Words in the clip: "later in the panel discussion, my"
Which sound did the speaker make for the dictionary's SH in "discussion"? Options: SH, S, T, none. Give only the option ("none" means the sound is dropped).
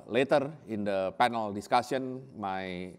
S